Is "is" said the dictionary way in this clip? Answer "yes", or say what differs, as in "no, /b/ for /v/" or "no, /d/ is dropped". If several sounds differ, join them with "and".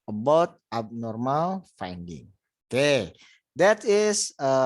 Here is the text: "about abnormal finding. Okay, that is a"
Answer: no, /s/ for /z/